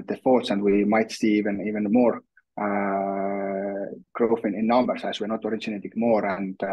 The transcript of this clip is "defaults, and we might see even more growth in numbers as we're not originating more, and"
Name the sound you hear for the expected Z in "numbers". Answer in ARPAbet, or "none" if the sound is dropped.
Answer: S